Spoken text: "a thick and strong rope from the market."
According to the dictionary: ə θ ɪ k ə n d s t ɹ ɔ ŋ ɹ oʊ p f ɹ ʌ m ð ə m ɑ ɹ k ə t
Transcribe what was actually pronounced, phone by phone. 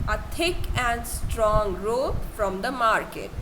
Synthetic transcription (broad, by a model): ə t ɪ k ə n d s t ɹ ɔ ŋ ɹ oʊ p f ɹ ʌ m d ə m ɑ ɹ k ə t